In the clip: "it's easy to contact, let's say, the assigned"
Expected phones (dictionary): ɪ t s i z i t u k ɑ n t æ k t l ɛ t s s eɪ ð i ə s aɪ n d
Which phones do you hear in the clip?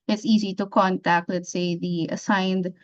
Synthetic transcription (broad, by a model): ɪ t s i z i t u k ɑ n t æ k t l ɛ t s s eɪ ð i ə s aɪ n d